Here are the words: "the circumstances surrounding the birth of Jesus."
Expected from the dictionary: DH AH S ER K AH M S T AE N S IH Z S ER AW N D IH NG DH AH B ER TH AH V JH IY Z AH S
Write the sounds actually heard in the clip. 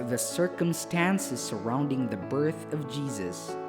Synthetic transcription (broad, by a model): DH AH S ER K AH M S T AE N S IH Z S ER AW N D IH NG DH AH B ER TH AH V JH IY Z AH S